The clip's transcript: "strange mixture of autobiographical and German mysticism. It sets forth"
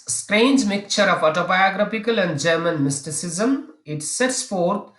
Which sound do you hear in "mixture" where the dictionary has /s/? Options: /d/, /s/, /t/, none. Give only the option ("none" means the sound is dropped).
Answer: none